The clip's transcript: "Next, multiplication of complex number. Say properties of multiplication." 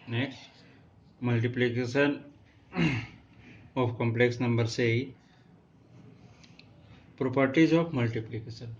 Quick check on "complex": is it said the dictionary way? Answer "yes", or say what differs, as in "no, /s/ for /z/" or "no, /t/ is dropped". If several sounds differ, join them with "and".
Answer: yes